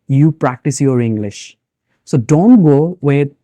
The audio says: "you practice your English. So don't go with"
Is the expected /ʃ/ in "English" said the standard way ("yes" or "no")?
yes